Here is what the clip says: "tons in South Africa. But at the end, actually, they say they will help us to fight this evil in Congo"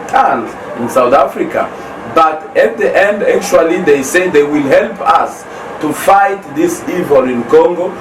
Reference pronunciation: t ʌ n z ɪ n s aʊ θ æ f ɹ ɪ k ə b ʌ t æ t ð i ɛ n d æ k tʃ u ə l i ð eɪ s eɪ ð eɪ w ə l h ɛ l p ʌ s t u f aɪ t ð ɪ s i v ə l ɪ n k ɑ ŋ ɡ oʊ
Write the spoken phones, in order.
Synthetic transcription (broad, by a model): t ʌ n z ɪ n s aʊ θ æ f ɹ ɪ k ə b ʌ t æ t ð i ɛ n d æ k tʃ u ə l i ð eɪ s eɪ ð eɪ w ə l h ɛ l p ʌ s t u f aɪ t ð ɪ s i v ə l ɪ n k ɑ ŋ ɡ oʊ